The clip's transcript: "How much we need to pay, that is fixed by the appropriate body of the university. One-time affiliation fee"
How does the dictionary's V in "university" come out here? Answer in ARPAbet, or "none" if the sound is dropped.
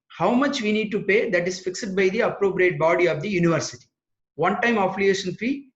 V